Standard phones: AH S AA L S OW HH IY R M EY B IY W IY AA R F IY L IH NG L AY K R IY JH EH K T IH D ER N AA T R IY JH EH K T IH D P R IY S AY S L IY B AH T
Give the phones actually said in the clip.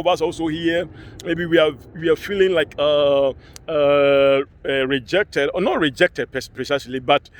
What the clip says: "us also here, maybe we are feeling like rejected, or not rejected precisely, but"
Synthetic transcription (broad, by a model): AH S AA L S OW HH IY M EY B IY W IY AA W F IY L IH NG L AY K R IY JH EH K T IH D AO N AA T R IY JH EH K T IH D P R IY S AY S L IY B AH T